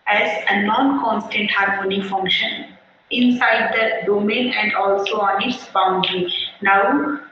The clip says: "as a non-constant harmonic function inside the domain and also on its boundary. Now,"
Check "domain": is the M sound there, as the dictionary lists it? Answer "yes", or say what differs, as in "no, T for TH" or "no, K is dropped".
yes